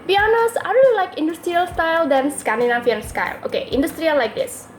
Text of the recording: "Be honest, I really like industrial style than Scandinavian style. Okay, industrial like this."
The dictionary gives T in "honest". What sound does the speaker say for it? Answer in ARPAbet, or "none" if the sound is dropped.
none